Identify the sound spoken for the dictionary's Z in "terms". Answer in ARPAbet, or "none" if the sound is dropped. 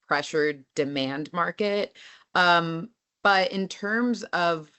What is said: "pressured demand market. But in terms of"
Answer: Z